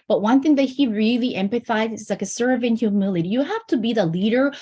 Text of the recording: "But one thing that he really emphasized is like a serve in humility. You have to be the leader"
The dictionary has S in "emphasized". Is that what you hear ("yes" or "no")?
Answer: no